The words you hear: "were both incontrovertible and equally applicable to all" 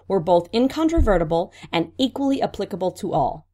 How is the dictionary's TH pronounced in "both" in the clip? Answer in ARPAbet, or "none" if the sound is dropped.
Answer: TH